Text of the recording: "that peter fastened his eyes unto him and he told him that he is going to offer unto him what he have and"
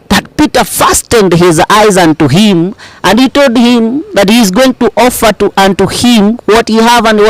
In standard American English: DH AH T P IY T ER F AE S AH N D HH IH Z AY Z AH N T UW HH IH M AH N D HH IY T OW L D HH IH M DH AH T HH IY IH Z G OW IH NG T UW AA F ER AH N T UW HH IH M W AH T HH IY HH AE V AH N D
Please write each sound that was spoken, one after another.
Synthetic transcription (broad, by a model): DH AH T P IY T ER F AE S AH N D HH IH Z AY Z AH N T UW HH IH M AH N D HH IY T OW L D HH IH M DH AH T HH IY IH Z G OW IH NG T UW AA F ER AH N T UW HH IH M W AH T HH IY HH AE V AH N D